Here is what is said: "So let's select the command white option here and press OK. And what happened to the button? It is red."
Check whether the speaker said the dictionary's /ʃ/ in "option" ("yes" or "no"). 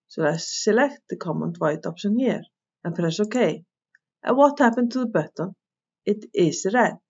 no